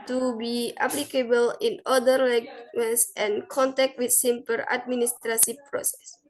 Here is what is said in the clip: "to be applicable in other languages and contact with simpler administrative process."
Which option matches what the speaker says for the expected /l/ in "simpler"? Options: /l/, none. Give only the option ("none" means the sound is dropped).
none